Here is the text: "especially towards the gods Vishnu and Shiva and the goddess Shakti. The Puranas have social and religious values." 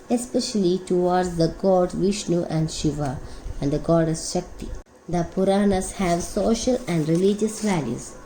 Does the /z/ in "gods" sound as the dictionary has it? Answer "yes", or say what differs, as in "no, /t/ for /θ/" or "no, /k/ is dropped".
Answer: no, /z/ is dropped